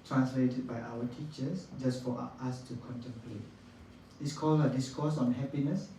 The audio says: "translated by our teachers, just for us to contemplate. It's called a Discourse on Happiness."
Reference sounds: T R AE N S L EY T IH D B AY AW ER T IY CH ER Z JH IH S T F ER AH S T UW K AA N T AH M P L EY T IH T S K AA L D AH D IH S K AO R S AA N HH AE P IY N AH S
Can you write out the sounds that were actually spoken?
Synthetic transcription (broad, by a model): T R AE N S L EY T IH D B AY AW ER T IY CH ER S JH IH S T F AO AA S T UW K AA N T AH M P L EY T IH T S K AA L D AH D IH S K AO S AA N HH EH P IY N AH S